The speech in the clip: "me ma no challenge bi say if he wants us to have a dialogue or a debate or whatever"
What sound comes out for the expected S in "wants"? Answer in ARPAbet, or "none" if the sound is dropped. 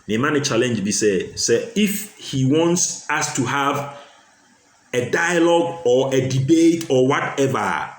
S